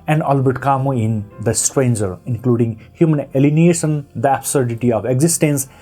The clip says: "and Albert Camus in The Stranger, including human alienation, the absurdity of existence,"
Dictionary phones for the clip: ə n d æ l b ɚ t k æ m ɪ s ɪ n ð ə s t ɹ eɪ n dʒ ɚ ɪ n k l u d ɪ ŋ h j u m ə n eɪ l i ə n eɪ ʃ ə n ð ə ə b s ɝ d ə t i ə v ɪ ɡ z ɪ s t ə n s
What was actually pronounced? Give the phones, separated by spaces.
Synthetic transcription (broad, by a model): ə n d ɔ l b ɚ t k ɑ m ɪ ɪ n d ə s t ɹ eɪ n dʒ ɚ ɪ n k l u d ɪ ŋ h j u m ə n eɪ l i n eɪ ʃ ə n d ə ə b s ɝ d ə t i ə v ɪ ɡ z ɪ s t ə n s